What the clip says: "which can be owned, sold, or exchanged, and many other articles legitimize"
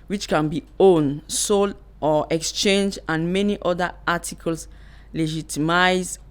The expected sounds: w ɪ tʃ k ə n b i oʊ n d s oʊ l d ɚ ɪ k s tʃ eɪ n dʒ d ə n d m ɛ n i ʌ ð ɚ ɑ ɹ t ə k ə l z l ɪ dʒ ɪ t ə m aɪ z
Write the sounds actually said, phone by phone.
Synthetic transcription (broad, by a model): w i tʃ k ə n b i oʊ n s oʊ l ɔ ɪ k s tʃ eɪ n dʒ ə n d m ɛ n i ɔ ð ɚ ɑ t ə k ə l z l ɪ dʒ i t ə m aɪ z